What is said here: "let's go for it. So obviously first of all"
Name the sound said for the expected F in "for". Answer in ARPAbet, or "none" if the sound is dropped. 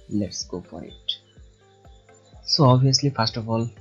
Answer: P